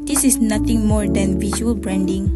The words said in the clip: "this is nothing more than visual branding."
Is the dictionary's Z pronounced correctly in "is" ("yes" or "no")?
no